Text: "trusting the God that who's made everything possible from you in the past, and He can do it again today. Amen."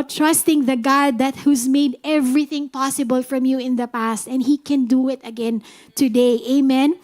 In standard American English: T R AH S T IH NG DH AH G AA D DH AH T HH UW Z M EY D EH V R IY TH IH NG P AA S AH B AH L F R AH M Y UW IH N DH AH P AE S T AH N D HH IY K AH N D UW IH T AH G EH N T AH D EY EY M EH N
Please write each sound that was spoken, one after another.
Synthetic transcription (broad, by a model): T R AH S T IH NG DH AH G AA D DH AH T HH UW Z M EY D EH V R IY TH IH NG P AA S AH B AH L F R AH M Y UW IH N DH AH P AE S T AH N D HH IY K AH N D UW IH T AH G EH N T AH D EY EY M EH N